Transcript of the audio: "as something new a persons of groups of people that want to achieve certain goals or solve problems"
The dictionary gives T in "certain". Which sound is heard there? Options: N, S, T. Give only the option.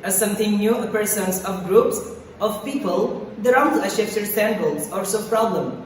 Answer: S